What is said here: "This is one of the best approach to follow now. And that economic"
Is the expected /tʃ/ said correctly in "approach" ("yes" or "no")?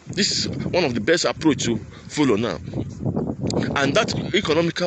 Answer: yes